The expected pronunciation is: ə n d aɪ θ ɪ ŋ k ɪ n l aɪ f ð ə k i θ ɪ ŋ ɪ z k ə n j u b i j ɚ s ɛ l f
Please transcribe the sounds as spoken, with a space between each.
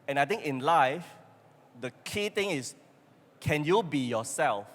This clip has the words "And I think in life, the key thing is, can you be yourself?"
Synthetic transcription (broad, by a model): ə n aɪ t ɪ ŋ k ɪ n l aɪ f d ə k i t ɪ ŋ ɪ s k ə n j u b i j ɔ s ɛ l f